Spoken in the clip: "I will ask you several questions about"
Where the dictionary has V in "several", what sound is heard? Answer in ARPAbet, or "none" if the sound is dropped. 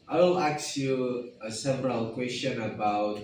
P